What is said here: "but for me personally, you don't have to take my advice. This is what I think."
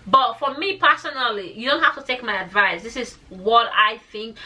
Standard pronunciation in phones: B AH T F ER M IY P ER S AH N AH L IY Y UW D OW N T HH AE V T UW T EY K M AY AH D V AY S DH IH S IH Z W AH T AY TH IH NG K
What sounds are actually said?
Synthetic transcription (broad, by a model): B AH T F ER M IY P ER S AH N AH L IY Y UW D OW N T HH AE F T UW T EY K M AY AH D V AY S DH IH S IH Z W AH T AY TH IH NG K